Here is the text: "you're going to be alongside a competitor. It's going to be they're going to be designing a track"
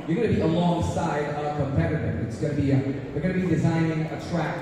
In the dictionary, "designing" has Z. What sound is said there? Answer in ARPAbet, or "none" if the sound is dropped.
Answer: Z